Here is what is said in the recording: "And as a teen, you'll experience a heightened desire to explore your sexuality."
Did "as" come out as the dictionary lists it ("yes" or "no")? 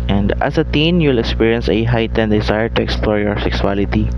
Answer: no